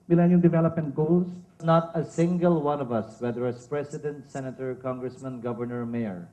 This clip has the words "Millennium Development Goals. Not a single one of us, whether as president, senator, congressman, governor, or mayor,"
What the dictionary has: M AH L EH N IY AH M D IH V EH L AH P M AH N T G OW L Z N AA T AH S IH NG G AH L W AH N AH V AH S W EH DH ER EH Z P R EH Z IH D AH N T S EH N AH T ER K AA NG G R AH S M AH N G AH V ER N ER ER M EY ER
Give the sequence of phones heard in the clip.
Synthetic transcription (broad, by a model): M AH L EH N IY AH D IH V EH L AH P M AH N T G OW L S N AA T AH S IH NG G AH L W AH N AH V AH S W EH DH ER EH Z P R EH S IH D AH N T S EH N AH T ER K AA NG G R AH S M AH N G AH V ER N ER ER M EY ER